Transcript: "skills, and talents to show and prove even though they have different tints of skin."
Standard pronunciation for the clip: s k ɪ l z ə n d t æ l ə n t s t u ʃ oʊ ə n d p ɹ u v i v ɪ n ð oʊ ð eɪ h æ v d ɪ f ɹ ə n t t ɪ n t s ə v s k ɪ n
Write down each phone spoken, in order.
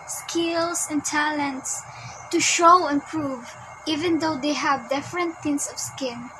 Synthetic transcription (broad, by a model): s k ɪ l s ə n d t æ l ə n t s t u ʃ oʊ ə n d p ɹ u v i v ɪ n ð oʊ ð eɪ h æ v d ɪ f ɹ ə n t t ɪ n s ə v s k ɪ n